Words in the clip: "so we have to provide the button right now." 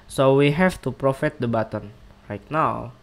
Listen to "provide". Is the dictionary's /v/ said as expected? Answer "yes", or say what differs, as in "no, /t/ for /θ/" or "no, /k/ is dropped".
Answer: no, /f/ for /v/